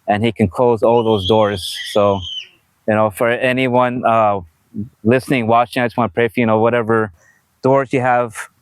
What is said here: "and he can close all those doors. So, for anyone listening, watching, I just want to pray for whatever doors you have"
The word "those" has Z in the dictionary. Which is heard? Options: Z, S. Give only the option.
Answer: Z